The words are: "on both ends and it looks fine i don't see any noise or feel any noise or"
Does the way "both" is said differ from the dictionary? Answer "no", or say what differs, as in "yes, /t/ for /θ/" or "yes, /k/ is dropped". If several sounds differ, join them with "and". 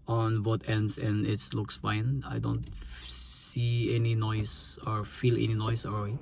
yes, /t/ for /θ/